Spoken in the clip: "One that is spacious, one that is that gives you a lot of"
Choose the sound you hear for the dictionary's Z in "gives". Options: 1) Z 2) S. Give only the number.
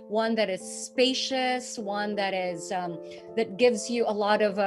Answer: 1